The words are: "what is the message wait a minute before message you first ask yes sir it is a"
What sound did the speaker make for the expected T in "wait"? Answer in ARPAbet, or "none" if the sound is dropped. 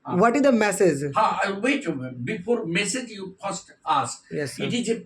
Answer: none